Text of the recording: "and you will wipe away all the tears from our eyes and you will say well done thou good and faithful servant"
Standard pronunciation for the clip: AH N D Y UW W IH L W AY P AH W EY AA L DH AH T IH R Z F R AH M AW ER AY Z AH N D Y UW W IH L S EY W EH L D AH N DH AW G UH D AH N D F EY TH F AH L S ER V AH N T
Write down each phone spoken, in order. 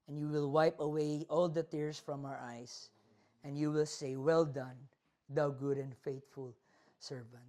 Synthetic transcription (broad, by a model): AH N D Y UW W IH L W AY P AH W EY AA L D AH T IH R S F R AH M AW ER AY S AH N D Y UW W IH L S EY W EH L D AH N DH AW G UH D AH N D F EY T F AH L S ER V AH N T